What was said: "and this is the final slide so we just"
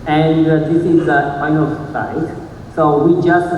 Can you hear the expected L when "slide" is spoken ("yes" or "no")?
no